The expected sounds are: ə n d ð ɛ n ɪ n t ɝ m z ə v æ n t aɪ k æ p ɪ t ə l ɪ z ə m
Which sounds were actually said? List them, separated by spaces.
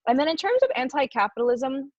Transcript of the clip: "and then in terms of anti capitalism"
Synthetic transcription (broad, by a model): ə n ð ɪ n ɪ n t ɝ m z ə v æ n t aɪ k æ p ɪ t l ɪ z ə m